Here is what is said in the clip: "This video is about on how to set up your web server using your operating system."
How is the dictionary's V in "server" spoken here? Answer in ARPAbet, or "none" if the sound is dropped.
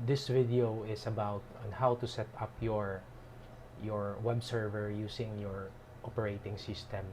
V